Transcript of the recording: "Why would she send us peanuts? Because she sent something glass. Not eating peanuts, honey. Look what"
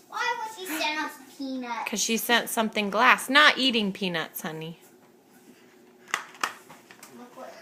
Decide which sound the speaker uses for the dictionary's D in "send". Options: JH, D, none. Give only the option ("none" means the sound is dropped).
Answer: none